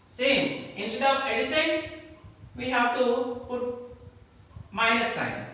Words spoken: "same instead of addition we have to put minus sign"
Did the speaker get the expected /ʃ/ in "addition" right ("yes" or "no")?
no